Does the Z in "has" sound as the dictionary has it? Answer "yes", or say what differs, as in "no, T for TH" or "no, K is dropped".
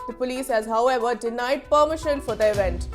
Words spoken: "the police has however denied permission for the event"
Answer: yes